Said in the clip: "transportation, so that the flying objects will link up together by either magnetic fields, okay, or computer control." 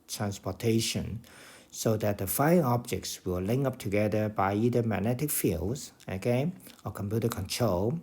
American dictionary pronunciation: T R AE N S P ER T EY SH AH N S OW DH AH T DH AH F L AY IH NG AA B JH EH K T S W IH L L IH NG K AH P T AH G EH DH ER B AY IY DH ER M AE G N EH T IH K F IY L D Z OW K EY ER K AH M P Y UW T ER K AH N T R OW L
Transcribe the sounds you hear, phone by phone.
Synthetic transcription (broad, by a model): T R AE N S P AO T EY SH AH N S OW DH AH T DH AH F AY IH AA B JH EH K T S W IH L L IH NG AH P T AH G EH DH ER B AY IY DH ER M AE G N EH T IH K F IY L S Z OW K EY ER K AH M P Y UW T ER K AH N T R OW L